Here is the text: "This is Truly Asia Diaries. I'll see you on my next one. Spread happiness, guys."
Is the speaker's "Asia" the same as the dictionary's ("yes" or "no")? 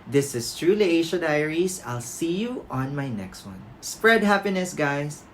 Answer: no